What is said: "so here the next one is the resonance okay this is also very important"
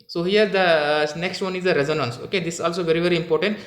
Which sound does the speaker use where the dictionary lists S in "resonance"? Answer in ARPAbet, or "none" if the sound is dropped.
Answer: S